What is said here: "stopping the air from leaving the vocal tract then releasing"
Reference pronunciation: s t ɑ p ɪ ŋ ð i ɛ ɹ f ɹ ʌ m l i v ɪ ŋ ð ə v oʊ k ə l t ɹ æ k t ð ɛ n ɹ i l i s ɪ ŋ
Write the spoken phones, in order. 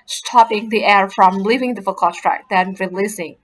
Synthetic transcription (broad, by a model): s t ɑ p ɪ ŋ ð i ɛ ɹ f ɹ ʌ m l i v ɪ ŋ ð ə f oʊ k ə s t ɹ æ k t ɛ n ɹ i l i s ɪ ŋ